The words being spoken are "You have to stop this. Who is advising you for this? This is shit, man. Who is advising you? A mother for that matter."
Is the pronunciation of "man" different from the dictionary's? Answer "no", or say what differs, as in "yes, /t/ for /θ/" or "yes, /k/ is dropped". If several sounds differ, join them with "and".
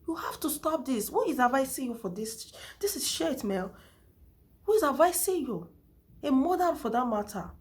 yes, /l/ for /n/